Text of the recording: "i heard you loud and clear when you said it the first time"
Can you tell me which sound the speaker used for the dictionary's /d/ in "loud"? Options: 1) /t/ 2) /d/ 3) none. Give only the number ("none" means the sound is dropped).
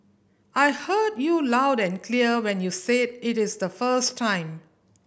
2